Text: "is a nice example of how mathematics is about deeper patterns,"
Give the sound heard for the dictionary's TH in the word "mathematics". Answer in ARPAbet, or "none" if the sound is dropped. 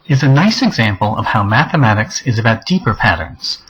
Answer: TH